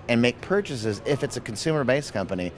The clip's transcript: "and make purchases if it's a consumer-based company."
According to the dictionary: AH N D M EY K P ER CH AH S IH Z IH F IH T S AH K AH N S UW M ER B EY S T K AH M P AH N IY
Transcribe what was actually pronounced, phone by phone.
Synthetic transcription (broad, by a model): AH N M EY K P ER CH AH S IH Z IH F IH T S AH K N S UW M ER B EY S K AH M P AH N IY